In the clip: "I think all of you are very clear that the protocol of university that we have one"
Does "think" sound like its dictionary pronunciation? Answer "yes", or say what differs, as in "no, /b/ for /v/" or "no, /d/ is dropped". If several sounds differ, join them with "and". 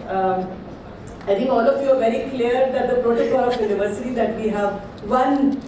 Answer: no, /t/ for /θ/